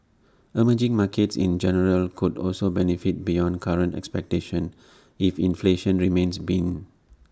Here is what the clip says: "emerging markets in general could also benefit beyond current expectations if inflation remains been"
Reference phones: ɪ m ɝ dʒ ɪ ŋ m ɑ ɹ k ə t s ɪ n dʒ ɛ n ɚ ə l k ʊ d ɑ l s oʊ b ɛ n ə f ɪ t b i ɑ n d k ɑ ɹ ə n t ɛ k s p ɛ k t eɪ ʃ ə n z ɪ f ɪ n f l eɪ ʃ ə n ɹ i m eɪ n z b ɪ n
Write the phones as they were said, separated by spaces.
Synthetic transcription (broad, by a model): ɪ m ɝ dʒ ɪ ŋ m ɑ k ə t s ɪ n dʒ ɛ n ɚ ə l k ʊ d ɑ l s oʊ b ɛ n ə f ɪ t b i ɑ n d k ɑ ɹ ə n t ɛ k s p ɛ k t eɪ ʃ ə n ɪ f ɪ n f l eɪ ʃ ə n ɹ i m eɪ n s b ɪ n